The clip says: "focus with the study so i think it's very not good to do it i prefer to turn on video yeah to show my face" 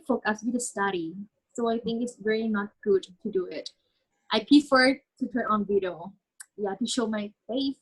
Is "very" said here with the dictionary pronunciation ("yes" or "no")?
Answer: no